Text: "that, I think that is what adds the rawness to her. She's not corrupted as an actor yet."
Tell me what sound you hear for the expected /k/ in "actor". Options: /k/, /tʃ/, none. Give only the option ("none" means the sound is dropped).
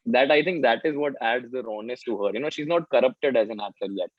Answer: none